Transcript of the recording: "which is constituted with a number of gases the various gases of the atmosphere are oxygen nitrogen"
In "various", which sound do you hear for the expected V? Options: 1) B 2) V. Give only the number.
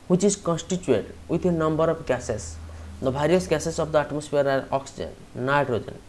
1